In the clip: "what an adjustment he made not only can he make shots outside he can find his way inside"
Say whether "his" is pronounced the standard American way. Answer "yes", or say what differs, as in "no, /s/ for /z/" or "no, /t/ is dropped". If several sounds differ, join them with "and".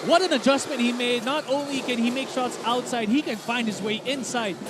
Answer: yes